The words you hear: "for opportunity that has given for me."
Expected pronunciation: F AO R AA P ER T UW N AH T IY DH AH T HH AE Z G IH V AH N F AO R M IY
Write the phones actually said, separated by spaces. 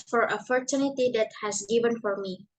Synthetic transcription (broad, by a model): F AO R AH F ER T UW N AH T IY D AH T HH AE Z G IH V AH N F AO R M IY